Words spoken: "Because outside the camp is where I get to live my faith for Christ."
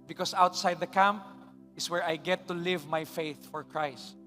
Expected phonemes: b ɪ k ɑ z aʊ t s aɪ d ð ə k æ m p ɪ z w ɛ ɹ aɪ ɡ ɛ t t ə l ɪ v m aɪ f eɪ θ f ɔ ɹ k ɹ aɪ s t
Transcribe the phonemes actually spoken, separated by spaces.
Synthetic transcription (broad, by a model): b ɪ k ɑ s aʊ t s aɪ d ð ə k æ m p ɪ s w ɛ ɹ aɪ ɡ ɛ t t ə l ɪ v m aɪ f eɪ θ f ɔ ɹ k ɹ aɪ s t